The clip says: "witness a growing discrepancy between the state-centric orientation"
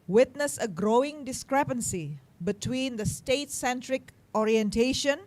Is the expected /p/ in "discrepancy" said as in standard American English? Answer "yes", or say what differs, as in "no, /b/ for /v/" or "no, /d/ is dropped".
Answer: yes